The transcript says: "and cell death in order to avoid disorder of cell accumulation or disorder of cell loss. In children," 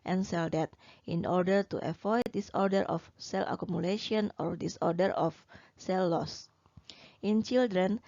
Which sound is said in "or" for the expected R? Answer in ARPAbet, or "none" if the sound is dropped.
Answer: R